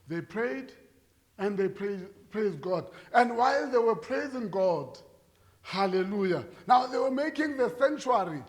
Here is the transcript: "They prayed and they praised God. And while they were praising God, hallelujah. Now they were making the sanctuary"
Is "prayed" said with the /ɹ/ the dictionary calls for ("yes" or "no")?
yes